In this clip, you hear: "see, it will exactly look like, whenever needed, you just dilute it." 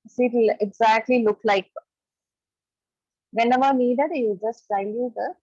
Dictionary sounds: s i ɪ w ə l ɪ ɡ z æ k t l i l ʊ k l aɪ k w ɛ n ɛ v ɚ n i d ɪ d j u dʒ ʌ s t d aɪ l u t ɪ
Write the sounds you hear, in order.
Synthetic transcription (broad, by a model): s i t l ɪ ɡ z æ k t l i l ʊ k l aɪ k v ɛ n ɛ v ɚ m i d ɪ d j u dʒ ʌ s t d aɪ u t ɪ